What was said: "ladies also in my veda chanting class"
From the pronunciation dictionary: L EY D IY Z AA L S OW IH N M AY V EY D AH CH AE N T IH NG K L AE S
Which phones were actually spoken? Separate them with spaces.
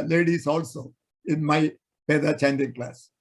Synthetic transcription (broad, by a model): L EY D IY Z AA L S OW IH N M AY F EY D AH CH AE N T IH NG K L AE S